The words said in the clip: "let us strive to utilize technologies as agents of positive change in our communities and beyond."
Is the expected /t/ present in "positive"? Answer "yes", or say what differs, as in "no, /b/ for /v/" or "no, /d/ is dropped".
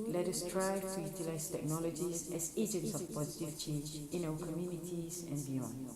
yes